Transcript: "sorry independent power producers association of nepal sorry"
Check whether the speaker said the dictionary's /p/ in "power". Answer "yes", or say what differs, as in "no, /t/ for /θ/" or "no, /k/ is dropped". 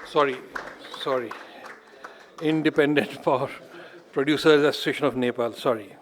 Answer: no, /f/ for /p/